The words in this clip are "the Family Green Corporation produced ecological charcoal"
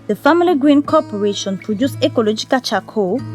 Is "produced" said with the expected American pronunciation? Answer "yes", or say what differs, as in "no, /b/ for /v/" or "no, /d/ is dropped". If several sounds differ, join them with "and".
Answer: no, /t/ is dropped